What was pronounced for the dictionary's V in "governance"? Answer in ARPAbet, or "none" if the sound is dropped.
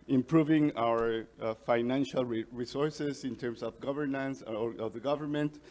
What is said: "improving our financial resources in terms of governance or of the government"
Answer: V